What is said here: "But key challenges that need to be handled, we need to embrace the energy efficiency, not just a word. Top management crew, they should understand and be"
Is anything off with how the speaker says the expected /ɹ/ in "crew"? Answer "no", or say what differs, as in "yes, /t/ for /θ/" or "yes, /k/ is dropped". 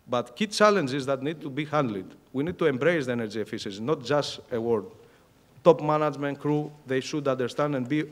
no